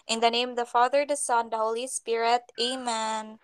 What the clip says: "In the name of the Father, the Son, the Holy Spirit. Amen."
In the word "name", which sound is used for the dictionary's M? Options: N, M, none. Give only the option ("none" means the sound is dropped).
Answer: none